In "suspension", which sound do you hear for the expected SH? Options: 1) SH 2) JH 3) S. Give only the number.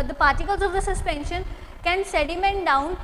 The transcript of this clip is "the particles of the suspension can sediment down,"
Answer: 1